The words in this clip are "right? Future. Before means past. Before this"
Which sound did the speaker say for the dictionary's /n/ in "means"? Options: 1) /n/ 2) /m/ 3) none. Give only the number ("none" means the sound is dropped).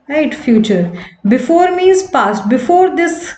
3